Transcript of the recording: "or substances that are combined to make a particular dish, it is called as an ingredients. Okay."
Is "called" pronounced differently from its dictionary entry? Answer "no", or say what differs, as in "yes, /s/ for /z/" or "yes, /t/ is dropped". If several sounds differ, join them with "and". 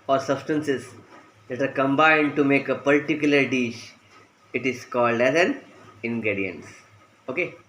no